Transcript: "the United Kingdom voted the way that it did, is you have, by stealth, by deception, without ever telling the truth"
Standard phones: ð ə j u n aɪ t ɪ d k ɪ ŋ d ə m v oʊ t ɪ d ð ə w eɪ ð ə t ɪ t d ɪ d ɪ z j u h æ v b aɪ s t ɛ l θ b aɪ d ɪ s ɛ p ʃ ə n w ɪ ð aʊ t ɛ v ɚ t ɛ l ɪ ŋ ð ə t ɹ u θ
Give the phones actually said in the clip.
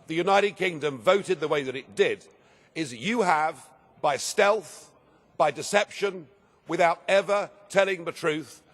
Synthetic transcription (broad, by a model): ð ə j u n aɪ t ɪ d k ɪ ŋ d ə m v oʊ t ɪ d ð ə w eɪ ð ə t ɪ t d ɪ d ɪ z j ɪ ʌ v b aɪ s t ɛ l θ b aɪ d ɪ s ɛ p ʃ ə n w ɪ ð aʊ t ɛ v ɚ t ɛ l ɪ ŋ ð ə t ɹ u θ